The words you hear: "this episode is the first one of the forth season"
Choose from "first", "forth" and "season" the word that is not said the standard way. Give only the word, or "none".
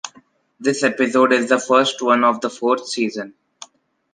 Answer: forth